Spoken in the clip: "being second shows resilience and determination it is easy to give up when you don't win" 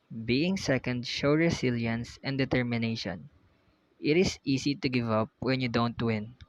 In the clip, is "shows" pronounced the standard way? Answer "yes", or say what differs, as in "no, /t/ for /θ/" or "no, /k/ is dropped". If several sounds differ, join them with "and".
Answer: no, /z/ is dropped